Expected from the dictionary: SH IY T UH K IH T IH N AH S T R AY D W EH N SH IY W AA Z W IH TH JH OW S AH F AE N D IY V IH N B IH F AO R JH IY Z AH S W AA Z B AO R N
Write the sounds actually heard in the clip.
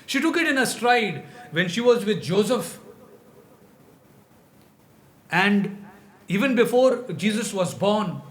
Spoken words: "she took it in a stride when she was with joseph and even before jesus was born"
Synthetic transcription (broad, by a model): SH IY T UH K IH T IH N AH S T R AY D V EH N SH IY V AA Z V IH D JH OW S AH F AE N D IY V IH N B IH F AO R JH IY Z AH S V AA Z B AO R N